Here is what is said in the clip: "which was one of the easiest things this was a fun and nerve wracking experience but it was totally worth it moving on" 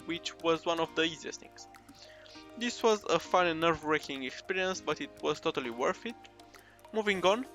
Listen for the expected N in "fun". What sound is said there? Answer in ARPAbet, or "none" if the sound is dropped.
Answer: none